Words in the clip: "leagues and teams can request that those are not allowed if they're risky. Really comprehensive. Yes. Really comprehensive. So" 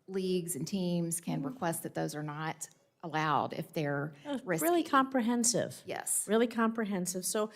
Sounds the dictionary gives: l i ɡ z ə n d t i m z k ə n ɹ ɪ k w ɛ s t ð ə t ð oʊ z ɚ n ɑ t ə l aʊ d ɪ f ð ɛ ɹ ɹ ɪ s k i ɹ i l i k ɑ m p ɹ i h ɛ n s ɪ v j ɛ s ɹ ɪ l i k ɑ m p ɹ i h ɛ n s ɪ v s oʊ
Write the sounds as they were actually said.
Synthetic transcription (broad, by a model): l i ɡ z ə n t i m z k ə n ɹ ɪ k w ɛ s t ð ə t ð oʊ z ɚ n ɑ t ə l aʊ d ɪ f ð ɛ ɹ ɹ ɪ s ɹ l i k ɑ m p ɹ i h ɛ n s ɪ v j ɛ s ɹ ɪ l i k ɑ m p ɹ i h ɛ n s ɪ v s oʊ